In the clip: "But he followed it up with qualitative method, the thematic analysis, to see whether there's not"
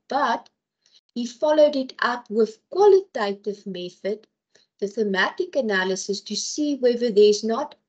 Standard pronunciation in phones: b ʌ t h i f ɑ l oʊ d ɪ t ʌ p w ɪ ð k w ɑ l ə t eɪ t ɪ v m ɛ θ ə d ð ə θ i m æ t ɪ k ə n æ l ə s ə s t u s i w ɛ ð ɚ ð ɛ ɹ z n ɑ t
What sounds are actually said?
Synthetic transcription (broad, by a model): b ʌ t h i f ɑ l oʊ d ɪ t ʌ p w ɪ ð k w ɑ l ə t eɪ t ɪ v m ɛ θ ə d ð ə θ i m æ t ɪ k ə n æ l ə s ə s t u s i w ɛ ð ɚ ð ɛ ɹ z n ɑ t